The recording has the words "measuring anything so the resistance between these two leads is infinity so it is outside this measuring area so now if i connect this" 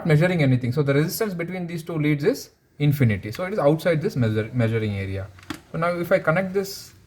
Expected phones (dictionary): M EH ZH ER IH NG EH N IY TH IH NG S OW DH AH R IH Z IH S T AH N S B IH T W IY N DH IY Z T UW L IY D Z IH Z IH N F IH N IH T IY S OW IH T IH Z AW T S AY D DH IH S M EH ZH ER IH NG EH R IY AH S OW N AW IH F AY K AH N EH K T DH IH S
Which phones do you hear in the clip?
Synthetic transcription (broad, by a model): M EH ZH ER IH NG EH N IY T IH NG S OW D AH R IH Z IH S T AH N S B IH T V IY N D IY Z T UW L IY D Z IH Z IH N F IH N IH T IY S OW IH T IH Z AW T S AY D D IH S M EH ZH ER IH NG EH R IY AH S OW N AW IH F AY K AH N EH K T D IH S